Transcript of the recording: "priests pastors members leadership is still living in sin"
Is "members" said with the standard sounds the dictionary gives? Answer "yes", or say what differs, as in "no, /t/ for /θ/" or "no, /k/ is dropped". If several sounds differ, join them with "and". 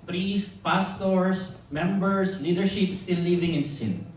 no, /s/ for /z/